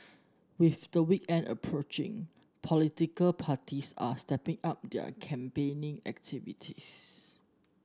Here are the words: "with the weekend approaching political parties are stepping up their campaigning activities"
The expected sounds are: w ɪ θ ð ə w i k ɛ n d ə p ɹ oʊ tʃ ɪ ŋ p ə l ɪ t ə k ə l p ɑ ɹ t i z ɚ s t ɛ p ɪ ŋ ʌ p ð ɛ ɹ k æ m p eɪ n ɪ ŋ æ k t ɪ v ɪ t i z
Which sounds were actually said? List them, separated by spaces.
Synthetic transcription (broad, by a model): w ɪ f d ə w i k ɛ n d ə p ɹ oʊ tʃ ɪ ŋ p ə l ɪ t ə k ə l p ɑ t i s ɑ s t ɛ p ɪ ŋ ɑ p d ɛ k æ m p eɪ n ɪ ŋ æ k t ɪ v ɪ t i s